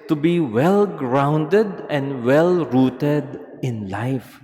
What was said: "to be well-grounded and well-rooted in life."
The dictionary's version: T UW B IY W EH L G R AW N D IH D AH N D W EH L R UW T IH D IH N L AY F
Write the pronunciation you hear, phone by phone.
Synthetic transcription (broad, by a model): T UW B IY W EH L G R AW N D IH D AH N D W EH L R UW T IH D IH N L AY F